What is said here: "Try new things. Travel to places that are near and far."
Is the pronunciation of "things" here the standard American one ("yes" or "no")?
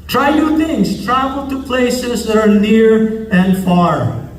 no